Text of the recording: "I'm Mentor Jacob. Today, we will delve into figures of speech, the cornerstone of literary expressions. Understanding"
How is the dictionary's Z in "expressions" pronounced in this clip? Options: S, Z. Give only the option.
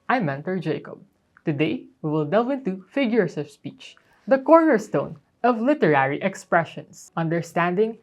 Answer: S